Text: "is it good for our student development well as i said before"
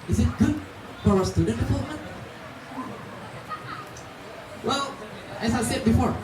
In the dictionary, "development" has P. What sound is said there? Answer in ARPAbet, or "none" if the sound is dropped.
none